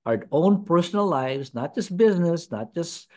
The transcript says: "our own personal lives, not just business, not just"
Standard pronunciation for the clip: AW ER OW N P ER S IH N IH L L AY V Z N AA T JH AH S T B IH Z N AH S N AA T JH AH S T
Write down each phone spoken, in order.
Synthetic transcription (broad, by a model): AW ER OW N P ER S N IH L L AY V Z N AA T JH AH S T B IH Z N AH S N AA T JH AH S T